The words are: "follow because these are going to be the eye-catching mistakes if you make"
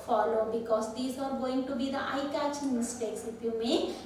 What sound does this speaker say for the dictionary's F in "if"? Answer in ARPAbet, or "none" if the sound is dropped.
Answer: P